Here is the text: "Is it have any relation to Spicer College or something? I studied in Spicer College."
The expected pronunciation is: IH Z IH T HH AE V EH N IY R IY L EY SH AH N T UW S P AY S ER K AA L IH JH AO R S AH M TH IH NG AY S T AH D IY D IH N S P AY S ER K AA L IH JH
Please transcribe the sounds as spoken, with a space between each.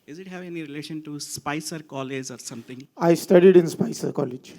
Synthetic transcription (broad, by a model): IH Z IH T HH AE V EH N IY R IY L EY SH AH N T UW S P AY S ER K AA L IH JH AO R S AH M T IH NG AY S T AH D IY D IH N S P AY S ER K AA L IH JH